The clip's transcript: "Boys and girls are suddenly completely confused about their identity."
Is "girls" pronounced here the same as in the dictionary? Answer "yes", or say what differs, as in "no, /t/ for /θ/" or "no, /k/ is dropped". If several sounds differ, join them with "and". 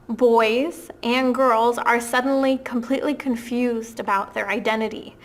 yes